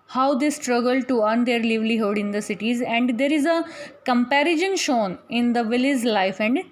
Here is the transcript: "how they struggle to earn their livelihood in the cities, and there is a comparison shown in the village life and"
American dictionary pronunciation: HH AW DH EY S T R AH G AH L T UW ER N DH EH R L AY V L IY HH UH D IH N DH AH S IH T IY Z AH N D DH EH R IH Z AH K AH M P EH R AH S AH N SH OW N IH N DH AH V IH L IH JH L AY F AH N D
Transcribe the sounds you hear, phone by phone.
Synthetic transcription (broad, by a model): HH AW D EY S T R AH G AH L T UW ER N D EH R L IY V L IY HH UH D IH N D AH S IH T IY Z AH N D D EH R IH Z AH K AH M P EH R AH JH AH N SH OW N IH N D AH V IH L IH Z L AY F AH N D